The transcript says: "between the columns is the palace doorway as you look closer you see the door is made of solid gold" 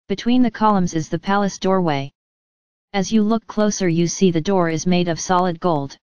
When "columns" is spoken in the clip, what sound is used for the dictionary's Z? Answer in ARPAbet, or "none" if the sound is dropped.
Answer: Z